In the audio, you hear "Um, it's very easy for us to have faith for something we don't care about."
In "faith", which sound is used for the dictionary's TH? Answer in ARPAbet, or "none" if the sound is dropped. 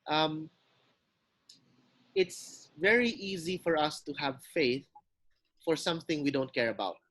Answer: TH